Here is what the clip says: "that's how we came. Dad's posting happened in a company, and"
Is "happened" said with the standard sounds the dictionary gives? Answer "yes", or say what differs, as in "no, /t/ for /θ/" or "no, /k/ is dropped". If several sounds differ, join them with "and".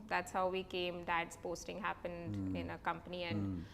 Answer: yes